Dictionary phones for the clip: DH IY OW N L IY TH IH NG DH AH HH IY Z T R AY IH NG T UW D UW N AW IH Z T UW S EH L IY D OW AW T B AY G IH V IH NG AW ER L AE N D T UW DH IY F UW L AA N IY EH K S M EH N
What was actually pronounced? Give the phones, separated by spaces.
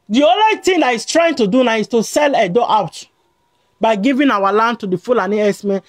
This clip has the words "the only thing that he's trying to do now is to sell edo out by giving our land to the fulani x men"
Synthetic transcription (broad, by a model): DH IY OW N L IY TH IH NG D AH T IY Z T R AY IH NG T UW D UW N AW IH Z T UW S EH L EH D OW AW T B AY G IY V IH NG AW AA L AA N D T UW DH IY F UW L AA N IY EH S M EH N